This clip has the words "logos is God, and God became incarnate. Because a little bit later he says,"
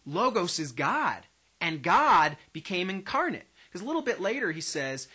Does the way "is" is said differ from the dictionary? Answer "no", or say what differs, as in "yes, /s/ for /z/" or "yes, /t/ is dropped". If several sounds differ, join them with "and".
no